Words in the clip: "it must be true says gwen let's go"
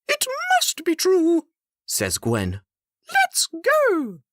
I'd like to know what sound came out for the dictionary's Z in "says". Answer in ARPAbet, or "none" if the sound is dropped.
Z